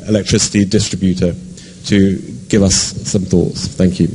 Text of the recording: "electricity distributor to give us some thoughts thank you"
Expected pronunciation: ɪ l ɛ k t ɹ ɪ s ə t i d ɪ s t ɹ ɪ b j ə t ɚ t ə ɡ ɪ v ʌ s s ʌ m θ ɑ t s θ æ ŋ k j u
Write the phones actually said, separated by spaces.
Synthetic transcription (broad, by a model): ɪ l ɛ k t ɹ ɪ s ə t i d ɪ s t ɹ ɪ b j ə t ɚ t ə ɡ ɪ v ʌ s s ʌ m θ ɑ t s θ æ ŋ k j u